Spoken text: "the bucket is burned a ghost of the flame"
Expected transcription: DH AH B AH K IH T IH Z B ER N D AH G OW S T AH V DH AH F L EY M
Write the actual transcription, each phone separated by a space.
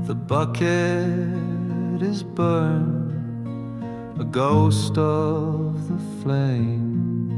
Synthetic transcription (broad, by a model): DH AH B AH K IH T IH Z B ER N AH G OW S T AH V DH AH F L EY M